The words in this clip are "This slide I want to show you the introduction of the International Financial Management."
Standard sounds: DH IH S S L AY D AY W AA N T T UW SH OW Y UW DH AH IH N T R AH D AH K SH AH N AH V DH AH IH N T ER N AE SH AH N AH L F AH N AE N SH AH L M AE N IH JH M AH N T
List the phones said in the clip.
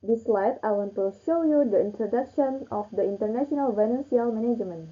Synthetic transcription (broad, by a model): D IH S S L AY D AY W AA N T T UW SH OW Y UW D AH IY N T R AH D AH K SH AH N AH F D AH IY N T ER N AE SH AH N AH L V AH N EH N S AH L M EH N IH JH M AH N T